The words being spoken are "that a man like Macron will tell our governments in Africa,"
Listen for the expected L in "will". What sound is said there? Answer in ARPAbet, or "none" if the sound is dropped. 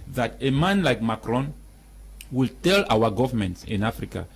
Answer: L